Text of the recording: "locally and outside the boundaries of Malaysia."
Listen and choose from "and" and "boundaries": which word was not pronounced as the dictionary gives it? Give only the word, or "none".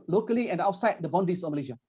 boundaries